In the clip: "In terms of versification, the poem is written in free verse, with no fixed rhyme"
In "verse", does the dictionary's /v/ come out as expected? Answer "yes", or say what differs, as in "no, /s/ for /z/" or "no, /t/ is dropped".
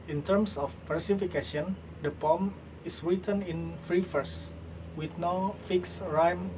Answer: no, /f/ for /v/